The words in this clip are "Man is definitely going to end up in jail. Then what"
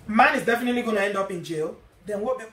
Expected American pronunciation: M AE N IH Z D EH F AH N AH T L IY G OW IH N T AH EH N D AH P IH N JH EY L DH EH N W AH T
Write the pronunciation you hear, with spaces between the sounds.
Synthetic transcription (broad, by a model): M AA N IH Z D EH F AH N AH T L IY G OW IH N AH EH N D AH P IH N JH EY L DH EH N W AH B